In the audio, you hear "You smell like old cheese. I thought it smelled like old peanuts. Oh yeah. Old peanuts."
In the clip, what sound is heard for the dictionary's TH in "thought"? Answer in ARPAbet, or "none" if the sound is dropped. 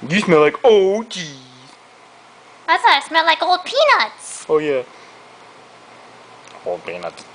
S